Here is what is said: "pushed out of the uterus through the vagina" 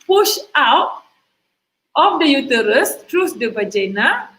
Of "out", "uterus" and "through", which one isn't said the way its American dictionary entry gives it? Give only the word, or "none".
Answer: through